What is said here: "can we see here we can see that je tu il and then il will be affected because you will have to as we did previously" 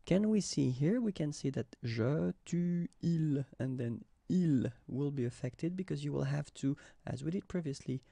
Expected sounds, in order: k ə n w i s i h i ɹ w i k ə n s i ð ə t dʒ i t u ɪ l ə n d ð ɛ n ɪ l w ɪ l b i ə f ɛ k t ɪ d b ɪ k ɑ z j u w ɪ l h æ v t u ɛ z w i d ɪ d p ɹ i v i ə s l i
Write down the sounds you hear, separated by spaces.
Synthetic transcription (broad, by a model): k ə n w i s i h i ɹ w i k ə n s i ð ə t ʒ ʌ t u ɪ l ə n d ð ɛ n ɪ l w ɪ l b i ə f ɛ k t ɪ d b ɪ k ɑ z j u w ɪ l h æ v t u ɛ z w i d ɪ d p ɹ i v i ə s l i